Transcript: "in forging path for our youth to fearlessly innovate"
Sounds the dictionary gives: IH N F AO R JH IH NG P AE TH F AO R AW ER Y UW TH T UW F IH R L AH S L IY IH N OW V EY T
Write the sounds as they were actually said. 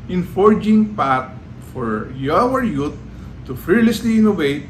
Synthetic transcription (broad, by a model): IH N F AO R JH IH NG P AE T F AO R AW ER Y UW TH T UW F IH R L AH S L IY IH N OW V EY T